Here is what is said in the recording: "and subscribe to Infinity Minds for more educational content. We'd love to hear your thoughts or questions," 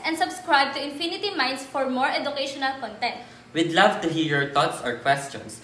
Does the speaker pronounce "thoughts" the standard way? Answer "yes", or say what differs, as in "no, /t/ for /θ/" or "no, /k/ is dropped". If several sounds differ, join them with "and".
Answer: no, /t/ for /θ/